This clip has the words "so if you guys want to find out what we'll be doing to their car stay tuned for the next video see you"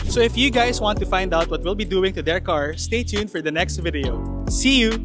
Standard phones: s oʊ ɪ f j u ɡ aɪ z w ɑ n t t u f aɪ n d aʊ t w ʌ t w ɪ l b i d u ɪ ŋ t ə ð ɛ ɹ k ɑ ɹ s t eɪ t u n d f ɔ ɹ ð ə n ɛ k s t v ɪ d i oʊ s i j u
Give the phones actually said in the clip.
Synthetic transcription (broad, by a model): s oʊ ɪ f j u ɡ aɪ s w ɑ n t t u f aɪ n d aʊ t w ʌ t w ɪ l b i d u ɪ ŋ t ə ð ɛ ɹ k ɑ ɹ s t eɪ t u n f ɔ ɹ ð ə n ɛ k s t v ɪ d i oʊ s i j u